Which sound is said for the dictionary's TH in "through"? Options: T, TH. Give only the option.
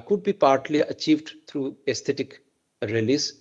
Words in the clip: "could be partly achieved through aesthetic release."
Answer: T